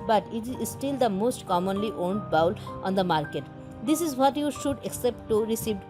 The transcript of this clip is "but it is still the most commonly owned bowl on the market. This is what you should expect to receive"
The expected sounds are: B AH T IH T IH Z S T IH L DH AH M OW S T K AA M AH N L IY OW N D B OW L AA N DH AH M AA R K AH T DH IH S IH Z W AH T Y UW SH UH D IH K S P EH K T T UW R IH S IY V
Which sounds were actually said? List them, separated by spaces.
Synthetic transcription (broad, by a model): B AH T IH T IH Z S T IH L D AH M OW S T K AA M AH N L IY OW N D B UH L AA N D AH M AA R K AH T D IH S IH Z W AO T Y UW SH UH D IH K S EH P T T UW R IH S IY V